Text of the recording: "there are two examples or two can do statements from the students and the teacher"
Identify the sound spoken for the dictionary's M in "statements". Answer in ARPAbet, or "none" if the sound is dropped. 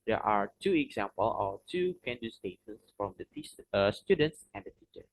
none